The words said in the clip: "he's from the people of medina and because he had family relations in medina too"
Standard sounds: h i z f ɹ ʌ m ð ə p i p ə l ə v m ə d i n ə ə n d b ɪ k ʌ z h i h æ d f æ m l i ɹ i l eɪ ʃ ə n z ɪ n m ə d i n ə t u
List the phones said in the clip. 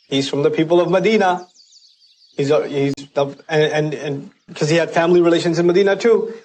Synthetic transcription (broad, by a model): h i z f ɹ ʌ m ð ə p i p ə l ə v m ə d i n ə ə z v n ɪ k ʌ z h i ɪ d f æ m l i ɹ i l eɪ ʃ ə n z ɪ n m ə d i n ə t u